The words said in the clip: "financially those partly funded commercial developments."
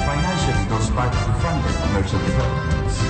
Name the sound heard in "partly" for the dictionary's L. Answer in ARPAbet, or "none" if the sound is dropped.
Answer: none